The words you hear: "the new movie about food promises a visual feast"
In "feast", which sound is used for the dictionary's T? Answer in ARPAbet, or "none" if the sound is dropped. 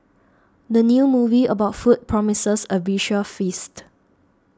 T